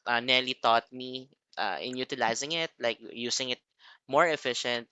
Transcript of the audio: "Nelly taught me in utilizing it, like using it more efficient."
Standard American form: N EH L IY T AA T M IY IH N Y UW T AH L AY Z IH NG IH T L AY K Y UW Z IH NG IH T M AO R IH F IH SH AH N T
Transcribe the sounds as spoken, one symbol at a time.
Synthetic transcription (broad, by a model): N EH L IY T AA T M IY IH N Y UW T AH L AY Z IH NG IH T L AY K Y UW S IH NG IH T M AO R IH F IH SH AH N T